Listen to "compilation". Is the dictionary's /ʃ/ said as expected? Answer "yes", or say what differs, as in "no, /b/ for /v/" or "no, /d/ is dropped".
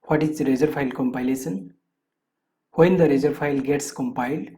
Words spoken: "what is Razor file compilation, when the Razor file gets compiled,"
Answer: no, /s/ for /ʃ/